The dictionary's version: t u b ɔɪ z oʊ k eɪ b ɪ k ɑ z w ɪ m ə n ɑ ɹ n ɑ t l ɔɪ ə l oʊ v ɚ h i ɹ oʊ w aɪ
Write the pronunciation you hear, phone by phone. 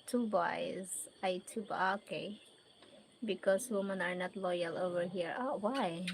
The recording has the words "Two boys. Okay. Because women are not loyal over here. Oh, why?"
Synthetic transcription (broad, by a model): t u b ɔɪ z oʊ k eɪ b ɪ k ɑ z w ɪ m ə n ɑ ɹ n ɑ t l ɔɪ ə l oʊ v ɚ h i ɹ oʊ w aɪ